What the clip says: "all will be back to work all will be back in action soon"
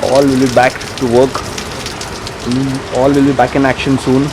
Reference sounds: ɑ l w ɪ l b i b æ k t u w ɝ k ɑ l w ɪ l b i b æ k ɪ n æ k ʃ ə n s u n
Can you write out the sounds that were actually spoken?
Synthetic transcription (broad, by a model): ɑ l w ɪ l b i b æ k t u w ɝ k ɑ l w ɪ l b i b æ k ɪ n æ k ʃ ə n s u n